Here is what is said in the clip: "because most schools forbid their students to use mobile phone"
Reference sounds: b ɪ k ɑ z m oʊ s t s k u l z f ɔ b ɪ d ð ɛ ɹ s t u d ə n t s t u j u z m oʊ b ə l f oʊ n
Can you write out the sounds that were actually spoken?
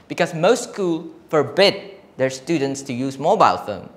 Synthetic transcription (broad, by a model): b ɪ k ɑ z m oʊ s t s k u l f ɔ b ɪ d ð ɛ ɹ s t u d ə n t s t u j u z m oʊ b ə l f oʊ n